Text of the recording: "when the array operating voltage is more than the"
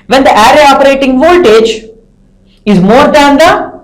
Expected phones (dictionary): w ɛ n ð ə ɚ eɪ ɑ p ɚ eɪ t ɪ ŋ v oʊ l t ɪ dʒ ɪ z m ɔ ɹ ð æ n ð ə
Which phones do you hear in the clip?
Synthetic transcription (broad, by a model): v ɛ n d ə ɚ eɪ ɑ p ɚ eɪ t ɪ ŋ v oʊ l t ɪ dʒ ɪ z m ɔ ɹ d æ n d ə